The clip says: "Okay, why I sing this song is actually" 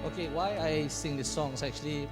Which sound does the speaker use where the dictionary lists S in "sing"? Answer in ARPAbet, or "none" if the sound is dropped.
S